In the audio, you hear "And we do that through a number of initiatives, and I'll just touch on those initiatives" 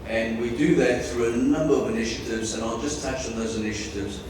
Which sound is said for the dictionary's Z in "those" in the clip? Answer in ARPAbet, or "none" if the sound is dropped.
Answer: Z